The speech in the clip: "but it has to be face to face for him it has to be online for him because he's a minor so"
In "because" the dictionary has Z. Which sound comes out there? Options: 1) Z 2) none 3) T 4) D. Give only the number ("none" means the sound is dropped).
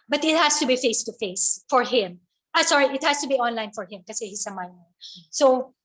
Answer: 2